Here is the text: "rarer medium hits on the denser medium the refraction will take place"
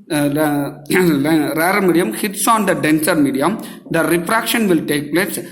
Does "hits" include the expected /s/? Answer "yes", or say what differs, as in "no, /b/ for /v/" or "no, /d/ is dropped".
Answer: yes